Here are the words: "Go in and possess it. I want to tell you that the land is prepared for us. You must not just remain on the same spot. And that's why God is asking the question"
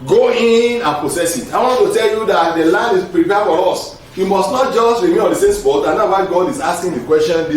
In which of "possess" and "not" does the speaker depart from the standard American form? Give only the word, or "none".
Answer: possess